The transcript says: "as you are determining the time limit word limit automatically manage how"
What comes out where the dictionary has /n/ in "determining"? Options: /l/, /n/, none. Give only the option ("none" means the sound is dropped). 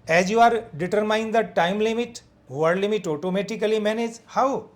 none